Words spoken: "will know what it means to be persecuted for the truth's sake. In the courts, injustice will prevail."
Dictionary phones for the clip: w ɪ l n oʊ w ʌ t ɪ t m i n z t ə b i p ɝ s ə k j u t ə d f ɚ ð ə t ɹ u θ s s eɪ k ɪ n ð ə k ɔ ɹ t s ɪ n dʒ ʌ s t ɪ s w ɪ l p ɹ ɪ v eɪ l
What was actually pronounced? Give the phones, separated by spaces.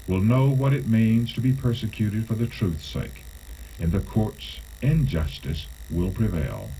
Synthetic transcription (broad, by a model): w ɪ l n oʊ w ʌ t ɪ t m i n z t ə b i p ɝ s ə k j u t ə d f ɚ ð ə t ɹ u θ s s eɪ k ɪ n ð ə k ɔ ɹ t s ɪ n dʒ ʌ s t ɪ s w ɪ l p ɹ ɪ v eɪ l